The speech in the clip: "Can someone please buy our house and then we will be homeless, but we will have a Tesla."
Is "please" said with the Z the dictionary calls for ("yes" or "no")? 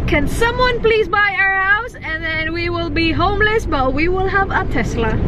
yes